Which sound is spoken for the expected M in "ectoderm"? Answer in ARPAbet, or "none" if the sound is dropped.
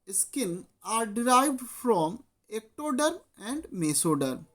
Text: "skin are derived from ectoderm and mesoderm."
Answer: none